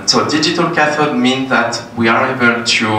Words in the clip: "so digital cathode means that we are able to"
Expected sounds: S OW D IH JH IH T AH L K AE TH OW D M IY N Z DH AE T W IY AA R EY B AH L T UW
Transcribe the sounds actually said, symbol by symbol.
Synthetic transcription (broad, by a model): S OW D IH JH IH T AH L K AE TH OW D M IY N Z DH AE T W IY AA R EY B AH L T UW